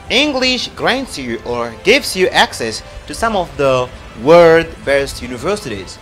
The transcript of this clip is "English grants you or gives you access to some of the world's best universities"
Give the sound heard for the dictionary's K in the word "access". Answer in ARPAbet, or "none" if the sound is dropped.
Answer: K